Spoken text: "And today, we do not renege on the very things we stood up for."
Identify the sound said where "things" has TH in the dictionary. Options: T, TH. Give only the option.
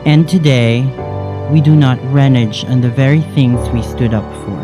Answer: TH